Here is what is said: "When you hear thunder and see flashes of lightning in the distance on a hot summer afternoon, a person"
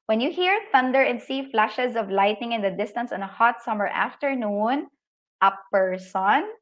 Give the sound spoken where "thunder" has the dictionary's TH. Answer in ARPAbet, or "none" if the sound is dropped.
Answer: TH